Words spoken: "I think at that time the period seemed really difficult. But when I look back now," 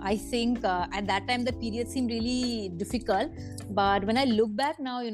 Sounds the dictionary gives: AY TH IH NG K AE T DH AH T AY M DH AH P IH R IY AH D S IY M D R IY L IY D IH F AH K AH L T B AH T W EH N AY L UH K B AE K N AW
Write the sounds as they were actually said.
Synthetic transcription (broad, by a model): AY T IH NG K AE T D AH T AY M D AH P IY R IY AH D S IY M D R IY L IY D IH F AH K AH L T B AH T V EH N AY L UH K B AE K N AW